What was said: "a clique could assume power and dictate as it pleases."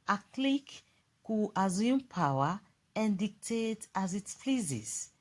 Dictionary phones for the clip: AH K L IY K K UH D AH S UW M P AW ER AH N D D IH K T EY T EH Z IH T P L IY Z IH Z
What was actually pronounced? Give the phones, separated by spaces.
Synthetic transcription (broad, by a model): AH K L IY K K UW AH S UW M P AW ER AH N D D IH K T EY T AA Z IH T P L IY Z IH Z